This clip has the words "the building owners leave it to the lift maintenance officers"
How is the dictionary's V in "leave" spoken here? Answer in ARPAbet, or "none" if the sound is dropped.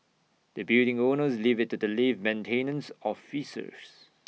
V